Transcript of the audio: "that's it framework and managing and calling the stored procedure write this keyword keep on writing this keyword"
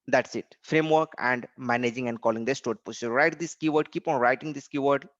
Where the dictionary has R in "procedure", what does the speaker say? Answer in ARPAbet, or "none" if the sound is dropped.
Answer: none